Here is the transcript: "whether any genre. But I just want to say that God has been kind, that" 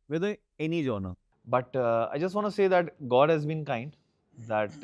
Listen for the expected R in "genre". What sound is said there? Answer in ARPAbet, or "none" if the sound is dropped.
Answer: none